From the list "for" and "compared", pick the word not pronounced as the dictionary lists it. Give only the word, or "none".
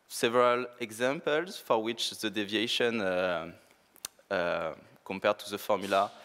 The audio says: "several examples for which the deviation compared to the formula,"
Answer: none